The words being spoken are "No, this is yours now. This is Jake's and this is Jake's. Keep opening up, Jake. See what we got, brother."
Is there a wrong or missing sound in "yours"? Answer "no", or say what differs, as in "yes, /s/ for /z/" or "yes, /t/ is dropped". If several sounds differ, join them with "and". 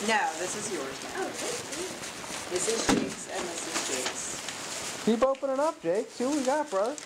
no